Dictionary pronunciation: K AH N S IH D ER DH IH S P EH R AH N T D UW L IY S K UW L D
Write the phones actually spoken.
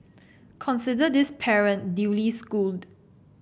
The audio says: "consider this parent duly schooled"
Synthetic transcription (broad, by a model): K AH N S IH D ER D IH S P EH R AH N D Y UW L IY S K UW L D